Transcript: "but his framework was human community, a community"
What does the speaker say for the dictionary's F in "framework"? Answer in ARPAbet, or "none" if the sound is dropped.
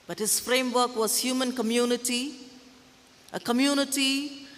F